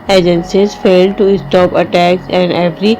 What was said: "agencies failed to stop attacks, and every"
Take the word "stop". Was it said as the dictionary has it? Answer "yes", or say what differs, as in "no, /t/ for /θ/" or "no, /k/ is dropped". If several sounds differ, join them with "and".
yes